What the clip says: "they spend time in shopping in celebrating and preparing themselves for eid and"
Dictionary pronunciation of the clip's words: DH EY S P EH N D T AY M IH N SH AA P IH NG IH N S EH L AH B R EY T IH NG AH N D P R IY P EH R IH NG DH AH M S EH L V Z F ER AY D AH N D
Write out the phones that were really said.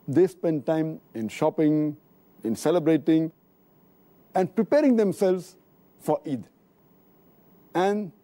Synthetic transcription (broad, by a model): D EY S P EH N D T AY M IH N SH AA P IH NG IH N S EH L AH B R EY T IH NG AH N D P R IY P EH R IH NG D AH M S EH L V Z F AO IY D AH N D